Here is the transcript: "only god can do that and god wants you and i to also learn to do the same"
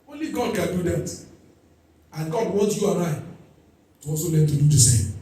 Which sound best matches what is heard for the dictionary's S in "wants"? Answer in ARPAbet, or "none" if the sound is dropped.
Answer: none